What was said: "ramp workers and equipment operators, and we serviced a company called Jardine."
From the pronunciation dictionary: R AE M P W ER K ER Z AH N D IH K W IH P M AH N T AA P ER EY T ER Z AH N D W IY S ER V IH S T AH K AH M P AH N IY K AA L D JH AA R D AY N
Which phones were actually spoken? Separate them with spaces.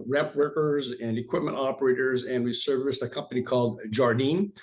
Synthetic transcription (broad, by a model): R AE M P W ER K ER Z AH N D IH K W IH P M AH N T AA P ER EY T ER Z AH N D W IY S ER V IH S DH AH K AH M P AH N IY K AA L D JH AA R D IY N